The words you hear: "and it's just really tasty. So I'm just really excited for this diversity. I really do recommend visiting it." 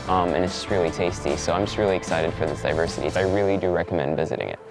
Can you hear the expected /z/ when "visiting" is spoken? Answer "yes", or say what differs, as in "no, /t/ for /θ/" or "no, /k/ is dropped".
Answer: yes